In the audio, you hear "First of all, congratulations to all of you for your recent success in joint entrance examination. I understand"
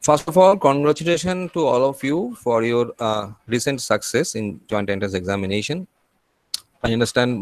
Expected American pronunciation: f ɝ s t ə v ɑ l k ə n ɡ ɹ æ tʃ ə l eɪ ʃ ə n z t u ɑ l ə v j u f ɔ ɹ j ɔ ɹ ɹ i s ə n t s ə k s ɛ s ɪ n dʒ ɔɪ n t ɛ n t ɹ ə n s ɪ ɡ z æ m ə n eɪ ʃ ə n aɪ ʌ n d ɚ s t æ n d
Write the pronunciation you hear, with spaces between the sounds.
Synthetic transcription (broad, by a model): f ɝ s t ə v ɑ l k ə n ɡ ɹ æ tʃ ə l eɪ ʃ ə n t u ɑ l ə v j u f ɔ ɹ j ɔ ɹ ɹ i s ə n t s ə k s ɛ s ɪ n dʒ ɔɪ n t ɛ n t ə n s ɪ ɡ z æ m ə n eɪ ʃ ə n aɪ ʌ n d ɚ s t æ n d